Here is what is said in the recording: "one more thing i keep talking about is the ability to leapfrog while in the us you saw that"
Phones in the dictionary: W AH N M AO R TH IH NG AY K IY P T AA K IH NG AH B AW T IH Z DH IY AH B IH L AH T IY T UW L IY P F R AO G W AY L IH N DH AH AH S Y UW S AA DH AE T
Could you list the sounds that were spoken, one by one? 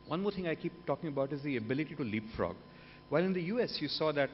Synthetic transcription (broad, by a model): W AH N M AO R T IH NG AY K IY P T AA K IH NG AH B AW T IH Z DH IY AH B IH L AH T IY T UW L IY P F R AO G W AY L IH N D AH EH S Y UW S AA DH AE T